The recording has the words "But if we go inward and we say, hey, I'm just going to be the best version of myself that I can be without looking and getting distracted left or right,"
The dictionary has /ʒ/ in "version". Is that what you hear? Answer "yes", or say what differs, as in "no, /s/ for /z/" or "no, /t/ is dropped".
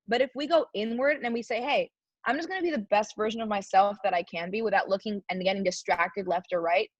yes